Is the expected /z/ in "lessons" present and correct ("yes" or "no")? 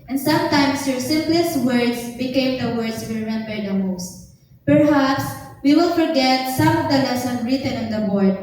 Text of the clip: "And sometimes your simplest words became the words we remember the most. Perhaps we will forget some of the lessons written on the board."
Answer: no